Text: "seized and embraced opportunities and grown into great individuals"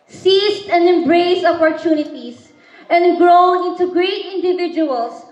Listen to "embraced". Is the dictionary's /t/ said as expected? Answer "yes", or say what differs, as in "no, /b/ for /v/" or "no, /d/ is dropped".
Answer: no, /t/ is dropped